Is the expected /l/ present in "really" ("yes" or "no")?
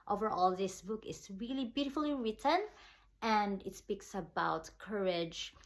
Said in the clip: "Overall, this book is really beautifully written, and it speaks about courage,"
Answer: yes